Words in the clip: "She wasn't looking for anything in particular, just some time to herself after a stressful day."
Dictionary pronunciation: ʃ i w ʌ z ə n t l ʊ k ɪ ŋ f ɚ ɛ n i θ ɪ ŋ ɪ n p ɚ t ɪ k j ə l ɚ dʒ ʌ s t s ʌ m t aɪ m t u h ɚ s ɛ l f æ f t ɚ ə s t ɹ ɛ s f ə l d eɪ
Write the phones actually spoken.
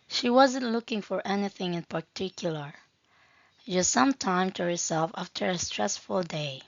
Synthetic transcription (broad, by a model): ʃ i w ʌ z ə n t l ʊ k ɪ ŋ f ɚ ɛ n i θ ɪ ŋ ɪ n p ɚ t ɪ k j l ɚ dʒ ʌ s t s ʌ m t aɪ m t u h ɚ s ɛ l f æ f t ɚ ə s t ɹ ɛ s f ə l d eɪ